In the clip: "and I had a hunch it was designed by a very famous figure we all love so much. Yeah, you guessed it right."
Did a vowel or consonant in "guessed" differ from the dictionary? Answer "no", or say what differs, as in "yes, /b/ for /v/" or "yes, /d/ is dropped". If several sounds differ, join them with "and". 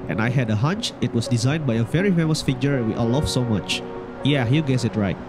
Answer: yes, /t/ is dropped